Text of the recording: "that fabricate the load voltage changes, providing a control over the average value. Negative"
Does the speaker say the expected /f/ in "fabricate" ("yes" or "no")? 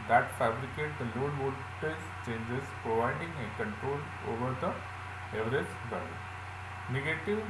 yes